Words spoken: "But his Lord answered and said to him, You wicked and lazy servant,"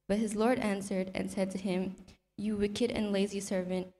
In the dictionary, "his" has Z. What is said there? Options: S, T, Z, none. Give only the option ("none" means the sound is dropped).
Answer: Z